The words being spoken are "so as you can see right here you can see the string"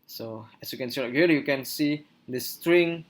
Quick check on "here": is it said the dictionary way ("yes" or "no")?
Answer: no